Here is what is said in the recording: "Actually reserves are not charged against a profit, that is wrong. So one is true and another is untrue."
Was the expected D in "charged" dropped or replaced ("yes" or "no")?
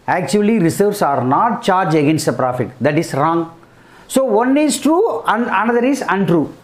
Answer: yes